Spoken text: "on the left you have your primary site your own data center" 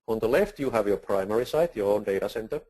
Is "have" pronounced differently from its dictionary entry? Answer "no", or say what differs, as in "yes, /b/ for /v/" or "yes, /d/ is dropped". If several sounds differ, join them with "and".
no